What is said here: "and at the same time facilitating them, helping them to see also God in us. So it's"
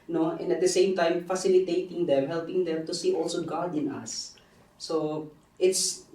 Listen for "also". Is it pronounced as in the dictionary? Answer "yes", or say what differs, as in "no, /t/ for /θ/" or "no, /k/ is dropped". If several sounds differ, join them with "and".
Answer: yes